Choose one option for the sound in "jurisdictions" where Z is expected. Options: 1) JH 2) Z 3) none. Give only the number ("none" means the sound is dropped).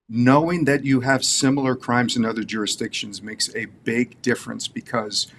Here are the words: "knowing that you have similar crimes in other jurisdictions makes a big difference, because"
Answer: 2